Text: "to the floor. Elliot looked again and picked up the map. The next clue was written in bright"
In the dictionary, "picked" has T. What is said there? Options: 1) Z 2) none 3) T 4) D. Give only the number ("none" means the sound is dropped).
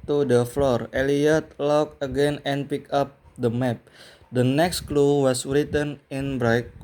2